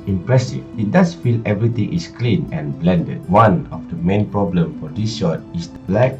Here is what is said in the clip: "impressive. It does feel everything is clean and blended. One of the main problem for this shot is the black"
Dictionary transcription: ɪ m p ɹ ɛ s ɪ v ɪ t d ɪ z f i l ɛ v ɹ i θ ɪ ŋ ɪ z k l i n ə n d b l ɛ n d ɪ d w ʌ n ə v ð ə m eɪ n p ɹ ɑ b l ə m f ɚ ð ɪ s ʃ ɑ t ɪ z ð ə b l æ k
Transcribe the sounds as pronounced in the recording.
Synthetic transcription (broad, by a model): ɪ m p ɹ ɛ s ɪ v ɪ t d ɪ s f i l ɛ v ɹ i t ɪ ŋ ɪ s k l i n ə n b l ɛ n d ɪ d w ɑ n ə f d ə m eɪ n p ɹ ɑ b l ə m f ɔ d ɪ s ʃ ɑ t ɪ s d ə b l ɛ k